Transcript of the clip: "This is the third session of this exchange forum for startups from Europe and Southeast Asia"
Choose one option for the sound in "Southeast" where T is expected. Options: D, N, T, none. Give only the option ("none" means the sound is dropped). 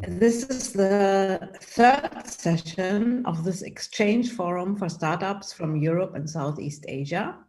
T